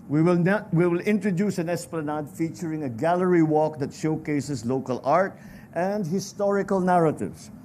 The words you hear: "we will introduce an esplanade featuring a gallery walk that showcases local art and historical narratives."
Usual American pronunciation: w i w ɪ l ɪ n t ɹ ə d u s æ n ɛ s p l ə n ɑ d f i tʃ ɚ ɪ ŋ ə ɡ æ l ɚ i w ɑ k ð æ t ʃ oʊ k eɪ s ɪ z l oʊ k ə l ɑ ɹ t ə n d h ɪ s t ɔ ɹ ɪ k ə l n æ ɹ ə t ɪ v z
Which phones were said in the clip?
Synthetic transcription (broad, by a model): w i w ɪ l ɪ n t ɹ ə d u s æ n ɛ s p l ə n ɑ d f i tʃ ɚ ɪ ŋ ə ɡ æ l ɚ i w ɑ k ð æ t ʃ oʊ k eɪ s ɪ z l oʊ k ə l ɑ ɹ t ə n d h ɪ s t ɔ ɹ ɪ k ə l n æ ɹ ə t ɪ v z